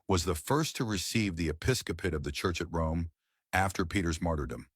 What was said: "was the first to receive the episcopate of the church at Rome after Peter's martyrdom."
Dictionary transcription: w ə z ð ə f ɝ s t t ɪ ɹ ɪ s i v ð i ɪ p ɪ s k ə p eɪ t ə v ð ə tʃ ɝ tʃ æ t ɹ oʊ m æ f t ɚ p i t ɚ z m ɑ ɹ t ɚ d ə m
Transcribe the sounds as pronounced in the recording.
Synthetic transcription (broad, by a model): w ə z ð ə f ɝ s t t ɪ ɹ ɪ s i v ð i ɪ p ɪ s k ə p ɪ t ə v ð ə tʃ ɝ tʃ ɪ t ɹ oʊ m æ f t ɚ p i t ɚ z m ɑ ɹ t ɚ d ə m